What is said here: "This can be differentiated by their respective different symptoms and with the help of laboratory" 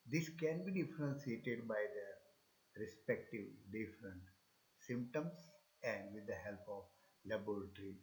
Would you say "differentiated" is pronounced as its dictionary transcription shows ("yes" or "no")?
no